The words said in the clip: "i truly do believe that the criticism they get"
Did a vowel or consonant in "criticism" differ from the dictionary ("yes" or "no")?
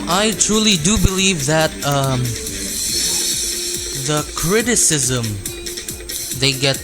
no